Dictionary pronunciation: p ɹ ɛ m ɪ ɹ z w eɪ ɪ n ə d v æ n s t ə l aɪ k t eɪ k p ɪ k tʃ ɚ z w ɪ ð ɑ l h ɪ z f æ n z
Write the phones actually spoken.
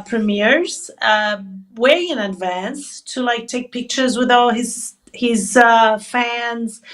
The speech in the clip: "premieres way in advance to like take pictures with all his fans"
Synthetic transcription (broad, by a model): p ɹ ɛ m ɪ ɹ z w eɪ ɪ n ə d v æ n s t ə l aɪ k t eɪ k p ɪ k tʃ ɚ z w ɪ ð ɑ l h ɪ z f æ n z